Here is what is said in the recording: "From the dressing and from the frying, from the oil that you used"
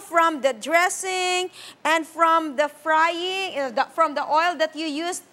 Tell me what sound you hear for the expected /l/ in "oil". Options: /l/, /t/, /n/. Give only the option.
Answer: /l/